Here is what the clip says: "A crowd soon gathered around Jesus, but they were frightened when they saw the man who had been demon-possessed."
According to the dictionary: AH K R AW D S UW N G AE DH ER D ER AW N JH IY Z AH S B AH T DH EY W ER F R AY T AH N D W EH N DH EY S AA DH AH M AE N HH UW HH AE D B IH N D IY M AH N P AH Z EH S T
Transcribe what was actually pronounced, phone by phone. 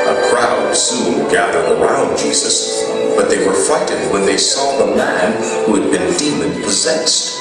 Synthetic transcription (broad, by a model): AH K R AW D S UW L G AE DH ER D ER AW N JH IY Z AH S B AH T DH EY W ER F AY T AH D W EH N DH EY S AA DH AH M AE N HH UW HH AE D B IH N D IY M AH N P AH Z EH S T